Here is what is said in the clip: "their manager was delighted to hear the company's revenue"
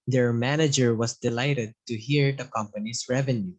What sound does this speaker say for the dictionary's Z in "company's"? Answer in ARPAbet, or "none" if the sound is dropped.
S